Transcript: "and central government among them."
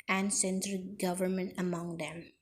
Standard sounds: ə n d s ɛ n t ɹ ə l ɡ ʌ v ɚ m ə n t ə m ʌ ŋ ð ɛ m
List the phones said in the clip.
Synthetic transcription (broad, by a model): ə n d s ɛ n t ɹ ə ɡ ʌ v ɚ m ə n t ə m ʌ ŋ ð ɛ m